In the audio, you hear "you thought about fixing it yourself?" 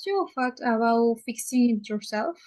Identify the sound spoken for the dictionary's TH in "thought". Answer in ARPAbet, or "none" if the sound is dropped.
F